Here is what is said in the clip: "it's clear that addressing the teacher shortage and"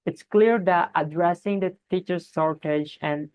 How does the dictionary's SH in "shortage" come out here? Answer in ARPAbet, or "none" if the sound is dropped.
S